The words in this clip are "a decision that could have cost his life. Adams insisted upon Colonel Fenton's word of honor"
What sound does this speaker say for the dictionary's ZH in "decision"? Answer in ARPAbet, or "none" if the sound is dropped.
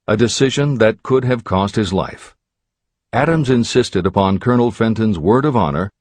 ZH